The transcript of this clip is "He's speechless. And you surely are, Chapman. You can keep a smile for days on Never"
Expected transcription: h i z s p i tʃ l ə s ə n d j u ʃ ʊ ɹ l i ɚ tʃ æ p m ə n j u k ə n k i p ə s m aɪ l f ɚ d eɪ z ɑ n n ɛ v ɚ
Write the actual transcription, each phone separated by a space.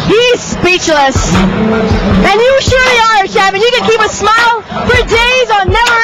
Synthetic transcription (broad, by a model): h i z s p i tʃ l ə s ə n j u ʃ ʊ ɹ l i ɚ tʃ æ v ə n j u k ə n k i p ə s m aɪ l f ɚ d eɪ z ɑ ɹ n ɛ v ɚ